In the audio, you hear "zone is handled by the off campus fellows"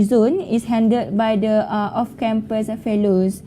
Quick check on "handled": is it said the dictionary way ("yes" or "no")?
no